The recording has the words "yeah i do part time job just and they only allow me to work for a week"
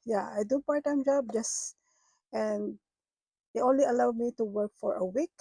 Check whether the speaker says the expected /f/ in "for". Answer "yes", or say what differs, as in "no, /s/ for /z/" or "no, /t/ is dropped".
yes